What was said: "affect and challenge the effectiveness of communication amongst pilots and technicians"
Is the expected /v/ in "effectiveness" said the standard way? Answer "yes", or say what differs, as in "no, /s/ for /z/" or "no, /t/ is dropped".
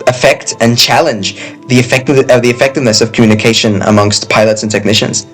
yes